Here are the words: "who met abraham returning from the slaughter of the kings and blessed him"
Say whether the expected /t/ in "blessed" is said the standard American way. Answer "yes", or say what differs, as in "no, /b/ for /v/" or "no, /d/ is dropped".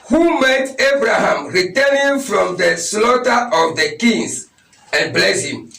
no, /t/ is dropped